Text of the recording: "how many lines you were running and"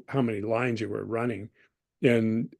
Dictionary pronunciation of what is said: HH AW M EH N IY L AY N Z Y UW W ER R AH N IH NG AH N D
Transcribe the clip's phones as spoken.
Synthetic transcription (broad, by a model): HH AW M EH N IY L AY N Z Y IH W ER R AH N IH NG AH N